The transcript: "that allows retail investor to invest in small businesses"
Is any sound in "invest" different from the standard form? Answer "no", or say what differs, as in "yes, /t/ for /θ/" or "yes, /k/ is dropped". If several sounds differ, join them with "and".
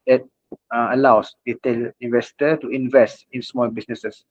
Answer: no